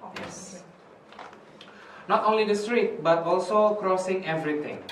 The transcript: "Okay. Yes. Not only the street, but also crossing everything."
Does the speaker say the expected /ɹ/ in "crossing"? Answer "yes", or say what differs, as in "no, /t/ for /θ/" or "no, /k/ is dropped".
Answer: yes